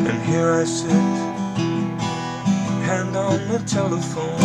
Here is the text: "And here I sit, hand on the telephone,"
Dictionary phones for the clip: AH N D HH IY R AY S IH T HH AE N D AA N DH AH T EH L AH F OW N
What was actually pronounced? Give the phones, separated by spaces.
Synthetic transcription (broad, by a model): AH N HH IY R AY S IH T HH AE N D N DH AH T EH L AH F OW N